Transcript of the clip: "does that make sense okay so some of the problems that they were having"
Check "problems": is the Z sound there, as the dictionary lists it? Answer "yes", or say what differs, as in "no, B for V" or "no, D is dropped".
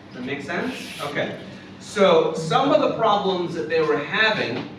yes